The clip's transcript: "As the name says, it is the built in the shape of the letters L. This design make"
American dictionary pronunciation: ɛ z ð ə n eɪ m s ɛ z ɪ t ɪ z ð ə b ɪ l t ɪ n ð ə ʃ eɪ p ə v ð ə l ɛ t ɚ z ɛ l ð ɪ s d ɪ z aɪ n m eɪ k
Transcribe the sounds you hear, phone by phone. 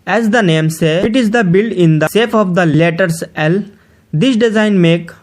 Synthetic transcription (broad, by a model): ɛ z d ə n eɪ m s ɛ ɪ t ɪ z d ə b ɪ l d ɪ n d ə s eɪ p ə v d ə l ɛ t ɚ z ɛ l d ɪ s d ɪ z aɪ n m eɪ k